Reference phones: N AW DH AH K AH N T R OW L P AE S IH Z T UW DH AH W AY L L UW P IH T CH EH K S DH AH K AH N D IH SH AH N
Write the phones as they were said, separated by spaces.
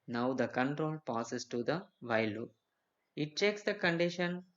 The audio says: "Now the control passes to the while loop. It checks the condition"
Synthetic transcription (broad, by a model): N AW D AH K AH N T R OW L P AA S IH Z T UW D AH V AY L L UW IH T CH EH K S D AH K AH N D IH SH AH N